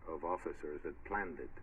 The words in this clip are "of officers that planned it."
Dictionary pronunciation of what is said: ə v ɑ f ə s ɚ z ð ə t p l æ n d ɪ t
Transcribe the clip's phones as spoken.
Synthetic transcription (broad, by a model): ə v ɑ f ə s ɚ z ð ə t p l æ n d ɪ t